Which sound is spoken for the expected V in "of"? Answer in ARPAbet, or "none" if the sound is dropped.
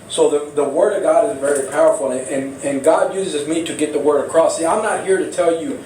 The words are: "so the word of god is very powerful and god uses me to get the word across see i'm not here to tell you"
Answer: V